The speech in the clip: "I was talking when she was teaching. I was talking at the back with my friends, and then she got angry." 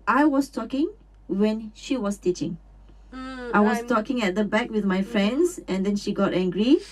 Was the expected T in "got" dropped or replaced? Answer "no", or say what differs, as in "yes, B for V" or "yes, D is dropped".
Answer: no